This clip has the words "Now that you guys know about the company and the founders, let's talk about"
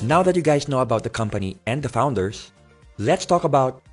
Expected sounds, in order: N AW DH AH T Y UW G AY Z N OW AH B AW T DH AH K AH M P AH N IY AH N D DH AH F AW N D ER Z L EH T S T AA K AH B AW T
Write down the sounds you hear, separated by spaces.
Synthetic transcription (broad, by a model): N AW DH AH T Y UW G AY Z N OW AH B AW T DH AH K AH M P AH N IY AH N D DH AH F AW N D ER S L EH T S T AA K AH B AW T